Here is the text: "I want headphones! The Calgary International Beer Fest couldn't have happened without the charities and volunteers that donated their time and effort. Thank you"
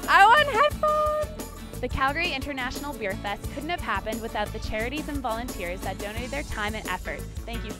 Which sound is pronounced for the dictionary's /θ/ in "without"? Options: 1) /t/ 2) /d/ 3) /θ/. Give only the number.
3